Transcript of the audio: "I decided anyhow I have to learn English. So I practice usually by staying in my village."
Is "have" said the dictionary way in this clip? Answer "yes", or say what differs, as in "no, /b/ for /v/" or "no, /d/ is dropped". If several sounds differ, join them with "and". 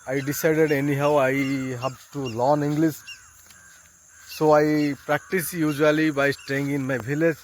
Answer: no, /b/ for /v/